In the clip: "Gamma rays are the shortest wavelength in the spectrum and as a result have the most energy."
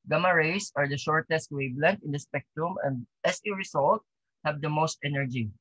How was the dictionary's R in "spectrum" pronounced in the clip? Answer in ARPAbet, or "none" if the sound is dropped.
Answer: R